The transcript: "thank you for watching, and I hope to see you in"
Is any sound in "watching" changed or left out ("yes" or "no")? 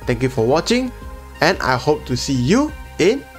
no